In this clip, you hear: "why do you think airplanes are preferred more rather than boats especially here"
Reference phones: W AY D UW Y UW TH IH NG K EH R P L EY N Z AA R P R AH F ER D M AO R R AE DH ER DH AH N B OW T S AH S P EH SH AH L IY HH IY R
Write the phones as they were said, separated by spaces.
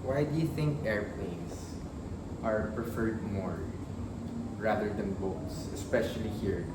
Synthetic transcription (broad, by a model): W AY D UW Y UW TH IH NG K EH R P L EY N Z AA R P R AH F ER D M AO R R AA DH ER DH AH N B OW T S AH S P EH SH AH L IY HH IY R